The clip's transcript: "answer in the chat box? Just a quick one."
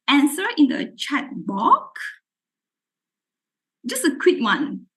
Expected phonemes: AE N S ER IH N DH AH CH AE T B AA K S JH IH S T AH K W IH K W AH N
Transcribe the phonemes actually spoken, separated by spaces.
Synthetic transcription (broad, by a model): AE N S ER IH N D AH CH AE T B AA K JH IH S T AH K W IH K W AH N